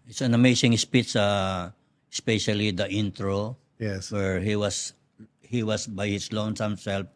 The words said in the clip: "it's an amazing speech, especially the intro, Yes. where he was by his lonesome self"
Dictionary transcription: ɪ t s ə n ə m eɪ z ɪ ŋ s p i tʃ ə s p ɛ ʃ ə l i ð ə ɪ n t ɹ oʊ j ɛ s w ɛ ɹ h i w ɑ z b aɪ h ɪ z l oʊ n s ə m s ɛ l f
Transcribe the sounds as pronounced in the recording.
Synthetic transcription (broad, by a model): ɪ t s ə n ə m eɪ s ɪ ŋ s p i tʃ ə s p ɛ ʃ ə l i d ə ɪ n t ɹ oʊ j ɛ s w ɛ ɹ h i w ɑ s b aɪ h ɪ s l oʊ n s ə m s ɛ l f